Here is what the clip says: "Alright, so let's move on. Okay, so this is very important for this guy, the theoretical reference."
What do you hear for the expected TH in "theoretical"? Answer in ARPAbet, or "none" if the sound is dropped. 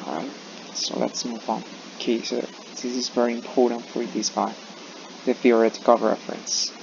F